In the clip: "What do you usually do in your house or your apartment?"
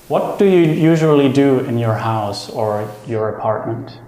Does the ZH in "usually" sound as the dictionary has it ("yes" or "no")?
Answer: yes